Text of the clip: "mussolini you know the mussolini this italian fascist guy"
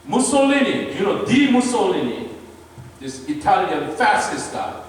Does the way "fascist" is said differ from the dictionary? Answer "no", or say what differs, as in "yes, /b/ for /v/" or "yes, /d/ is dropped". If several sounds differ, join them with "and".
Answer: yes, /s/ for /ʃ/